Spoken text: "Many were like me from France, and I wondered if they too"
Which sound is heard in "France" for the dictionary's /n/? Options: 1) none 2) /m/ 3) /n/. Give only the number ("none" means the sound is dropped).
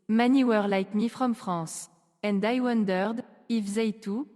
1